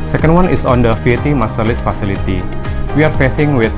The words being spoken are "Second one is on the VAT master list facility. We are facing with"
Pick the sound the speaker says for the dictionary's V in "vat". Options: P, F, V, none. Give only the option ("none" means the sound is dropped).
F